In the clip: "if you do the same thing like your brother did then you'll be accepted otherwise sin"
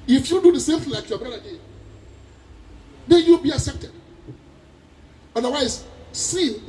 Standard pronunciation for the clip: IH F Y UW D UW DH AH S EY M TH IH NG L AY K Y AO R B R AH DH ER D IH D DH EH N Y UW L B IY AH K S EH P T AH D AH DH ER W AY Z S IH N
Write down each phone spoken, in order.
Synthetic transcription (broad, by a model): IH F Y UW D UW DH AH S EY M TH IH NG L AY K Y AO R B R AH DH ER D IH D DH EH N Y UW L B IY AH K S EH P T AH D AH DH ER W AY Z S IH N